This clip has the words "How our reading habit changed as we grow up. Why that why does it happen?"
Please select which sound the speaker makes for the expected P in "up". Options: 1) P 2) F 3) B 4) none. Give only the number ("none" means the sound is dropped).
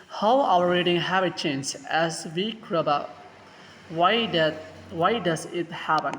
3